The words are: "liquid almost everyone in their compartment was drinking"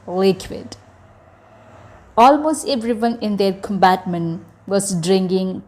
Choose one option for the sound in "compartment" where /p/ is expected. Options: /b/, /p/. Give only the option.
/b/